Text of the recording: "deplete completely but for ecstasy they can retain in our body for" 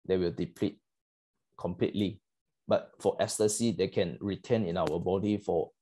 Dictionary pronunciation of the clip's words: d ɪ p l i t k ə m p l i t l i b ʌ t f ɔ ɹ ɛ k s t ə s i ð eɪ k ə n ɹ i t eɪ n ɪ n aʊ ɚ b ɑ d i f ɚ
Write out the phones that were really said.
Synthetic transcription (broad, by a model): d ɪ p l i t k ə m p l i t l i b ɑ t f ɔ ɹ ɛ s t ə s i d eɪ k ə n ɹ i t eɪ n ɪ n aʊ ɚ b ɑ d i f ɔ